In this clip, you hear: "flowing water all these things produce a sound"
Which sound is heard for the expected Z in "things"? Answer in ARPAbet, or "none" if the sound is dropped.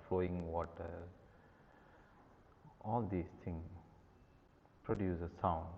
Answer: none